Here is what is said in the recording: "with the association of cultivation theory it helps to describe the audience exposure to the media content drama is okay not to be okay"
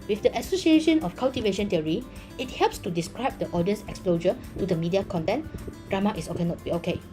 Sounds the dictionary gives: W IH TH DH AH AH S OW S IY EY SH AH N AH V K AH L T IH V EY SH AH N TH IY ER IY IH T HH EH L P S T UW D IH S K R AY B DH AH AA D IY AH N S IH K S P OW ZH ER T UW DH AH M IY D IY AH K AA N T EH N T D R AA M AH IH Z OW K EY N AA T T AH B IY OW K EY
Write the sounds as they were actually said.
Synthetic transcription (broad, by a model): W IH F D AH AH S OW S IY EY SH AH N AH F K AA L T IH V EY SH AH N T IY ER IY IH T HH EH L P S T UW D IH S K R AY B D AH AA D IY AH N S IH K S P OW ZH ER T UW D AH M IY D IY AH K AA N T EH N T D R AA M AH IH S OW K EY N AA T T B IY OW K EY